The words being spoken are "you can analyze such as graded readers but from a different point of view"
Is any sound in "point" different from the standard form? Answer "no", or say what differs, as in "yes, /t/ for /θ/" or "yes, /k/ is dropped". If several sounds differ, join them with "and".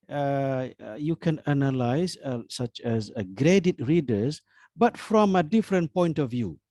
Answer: no